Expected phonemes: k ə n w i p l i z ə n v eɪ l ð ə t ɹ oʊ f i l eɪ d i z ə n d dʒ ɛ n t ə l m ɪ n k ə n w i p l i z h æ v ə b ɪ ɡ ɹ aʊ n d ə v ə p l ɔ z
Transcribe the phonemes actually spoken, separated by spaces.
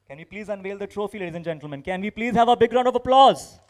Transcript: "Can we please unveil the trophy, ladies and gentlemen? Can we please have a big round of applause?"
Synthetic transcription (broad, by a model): k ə n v i p l i z ə n v eɪ l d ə t ɹ oʊ f i l eɪ d i z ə n dʒ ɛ n t l m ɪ n k ə n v i p l i z h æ v ə b ɪ ɡ ɹ aʊ n d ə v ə p l ɔ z